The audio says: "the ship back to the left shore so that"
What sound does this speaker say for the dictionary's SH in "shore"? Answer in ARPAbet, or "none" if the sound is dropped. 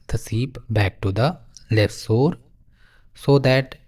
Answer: S